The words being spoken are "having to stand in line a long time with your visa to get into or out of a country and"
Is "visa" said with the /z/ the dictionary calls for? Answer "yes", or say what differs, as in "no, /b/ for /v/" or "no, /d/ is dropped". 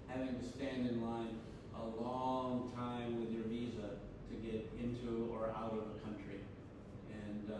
yes